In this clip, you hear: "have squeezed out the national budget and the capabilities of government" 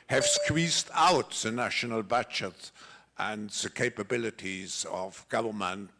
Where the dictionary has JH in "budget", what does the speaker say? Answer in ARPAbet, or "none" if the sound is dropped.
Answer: CH